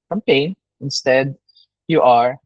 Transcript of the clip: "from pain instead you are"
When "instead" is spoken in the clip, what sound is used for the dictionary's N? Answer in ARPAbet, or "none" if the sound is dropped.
N